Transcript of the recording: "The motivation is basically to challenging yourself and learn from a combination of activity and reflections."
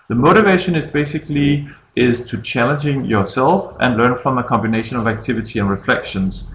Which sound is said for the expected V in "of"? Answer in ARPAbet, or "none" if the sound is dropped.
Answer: V